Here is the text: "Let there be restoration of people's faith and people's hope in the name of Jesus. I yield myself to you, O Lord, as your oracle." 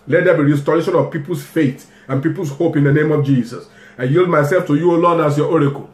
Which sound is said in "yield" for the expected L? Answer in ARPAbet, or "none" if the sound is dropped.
L